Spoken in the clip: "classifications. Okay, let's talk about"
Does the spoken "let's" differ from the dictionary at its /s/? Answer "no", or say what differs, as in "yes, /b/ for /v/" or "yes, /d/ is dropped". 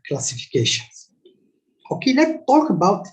yes, /s/ is dropped